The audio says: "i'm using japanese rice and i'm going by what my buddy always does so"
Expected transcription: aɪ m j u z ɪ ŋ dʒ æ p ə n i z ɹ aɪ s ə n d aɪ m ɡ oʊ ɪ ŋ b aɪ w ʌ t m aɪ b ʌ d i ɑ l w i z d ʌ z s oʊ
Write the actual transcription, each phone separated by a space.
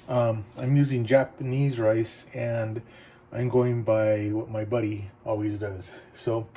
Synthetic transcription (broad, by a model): aɪ m j u z ɪ ŋ dʒ æ p ə n i z ɹ aɪ s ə n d aɪ m ɡ oʊ ɪ ŋ b aɪ w ʌ t m aɪ b ʌ d i ɑ l w i z d ʌ z s oʊ